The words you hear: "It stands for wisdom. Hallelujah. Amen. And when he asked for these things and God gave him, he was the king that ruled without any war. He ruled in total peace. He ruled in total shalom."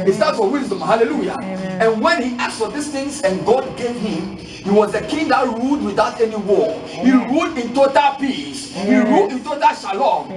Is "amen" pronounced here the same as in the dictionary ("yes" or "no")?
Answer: no